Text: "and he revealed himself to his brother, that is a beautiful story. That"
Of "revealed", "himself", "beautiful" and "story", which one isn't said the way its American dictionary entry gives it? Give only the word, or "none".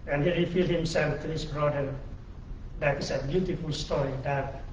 revealed